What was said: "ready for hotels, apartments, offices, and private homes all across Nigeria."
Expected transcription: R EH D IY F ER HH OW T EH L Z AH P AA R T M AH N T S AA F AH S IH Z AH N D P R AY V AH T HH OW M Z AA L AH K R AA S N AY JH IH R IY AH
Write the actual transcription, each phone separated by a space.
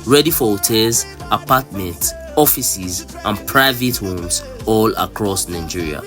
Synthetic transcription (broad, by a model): R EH D IY F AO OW T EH Z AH P AA T M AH N T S AA F AH S IH Z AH N P R AY V AH T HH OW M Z AA L AH K R AA S N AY JH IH R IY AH